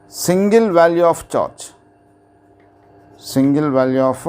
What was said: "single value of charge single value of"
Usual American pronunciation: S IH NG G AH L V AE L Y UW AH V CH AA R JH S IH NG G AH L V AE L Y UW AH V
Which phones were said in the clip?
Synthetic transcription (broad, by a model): S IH NG G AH L V AE L Y UW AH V CH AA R CH S IH NG G AH L V AE L Y UW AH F